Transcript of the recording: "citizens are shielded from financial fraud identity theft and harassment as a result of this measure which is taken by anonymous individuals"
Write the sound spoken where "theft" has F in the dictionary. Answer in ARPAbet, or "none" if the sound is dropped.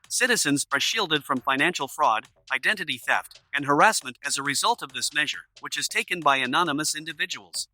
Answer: F